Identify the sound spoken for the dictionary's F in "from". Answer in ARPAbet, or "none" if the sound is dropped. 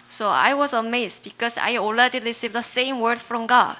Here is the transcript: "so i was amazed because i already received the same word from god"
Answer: F